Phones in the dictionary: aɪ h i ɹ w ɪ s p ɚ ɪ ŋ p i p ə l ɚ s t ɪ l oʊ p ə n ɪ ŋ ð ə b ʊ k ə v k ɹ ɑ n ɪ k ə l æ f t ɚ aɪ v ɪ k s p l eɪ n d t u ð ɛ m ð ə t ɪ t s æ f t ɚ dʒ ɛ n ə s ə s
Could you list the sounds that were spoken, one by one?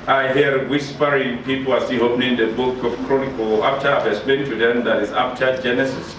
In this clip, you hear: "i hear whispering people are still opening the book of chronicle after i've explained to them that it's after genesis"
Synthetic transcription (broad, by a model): aɪ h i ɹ w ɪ s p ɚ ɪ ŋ p i p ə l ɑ s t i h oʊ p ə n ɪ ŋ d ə b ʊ k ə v k ɹ ɑ n ɪ k ə l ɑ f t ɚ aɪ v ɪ s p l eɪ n t u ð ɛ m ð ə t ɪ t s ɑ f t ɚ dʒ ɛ n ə s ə s